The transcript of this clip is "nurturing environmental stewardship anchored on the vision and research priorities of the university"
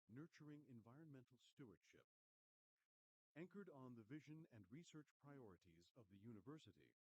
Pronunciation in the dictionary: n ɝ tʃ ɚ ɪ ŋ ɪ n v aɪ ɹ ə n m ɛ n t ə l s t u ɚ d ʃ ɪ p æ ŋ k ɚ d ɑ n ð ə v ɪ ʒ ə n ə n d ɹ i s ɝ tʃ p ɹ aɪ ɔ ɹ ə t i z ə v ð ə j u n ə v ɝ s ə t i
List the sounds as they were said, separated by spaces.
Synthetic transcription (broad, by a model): n ɝ tʃ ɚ ɪ ŋ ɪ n v aɪ ɹ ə n m ɛ n t l s t u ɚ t ʃ ɪ p æ ŋ k ɚ d n ð ə v ɪ ʒ ə n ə n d ɹ i s ɝ tʃ p ɹ aɪ ɔ ɹ ə t i z ə v ð ə j u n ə v ɝ s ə t i